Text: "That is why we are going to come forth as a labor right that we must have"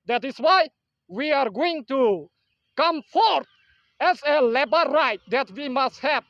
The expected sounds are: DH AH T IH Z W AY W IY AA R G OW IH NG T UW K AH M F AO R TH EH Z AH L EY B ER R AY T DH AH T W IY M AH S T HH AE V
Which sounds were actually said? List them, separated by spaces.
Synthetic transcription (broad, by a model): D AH T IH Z W AY W IY AA R G OW IH NG T UW K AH M F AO R T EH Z AH L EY B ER R AY T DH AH T W IY M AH S T HH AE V